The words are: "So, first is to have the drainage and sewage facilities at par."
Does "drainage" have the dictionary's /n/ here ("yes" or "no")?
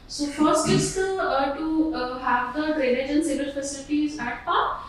no